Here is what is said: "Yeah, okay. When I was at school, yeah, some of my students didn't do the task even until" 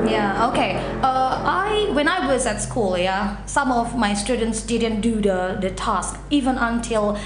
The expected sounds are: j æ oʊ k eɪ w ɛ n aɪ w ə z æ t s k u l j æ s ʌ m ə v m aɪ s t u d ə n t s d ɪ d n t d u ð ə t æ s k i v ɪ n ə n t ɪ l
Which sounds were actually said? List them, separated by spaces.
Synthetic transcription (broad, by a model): j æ oʊ k eɪ w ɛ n aɪ w ə z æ t s k u l j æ s ʌ m ə v m aɪ s t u d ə n t s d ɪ d n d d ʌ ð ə t æ s k i v ɪ n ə n t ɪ l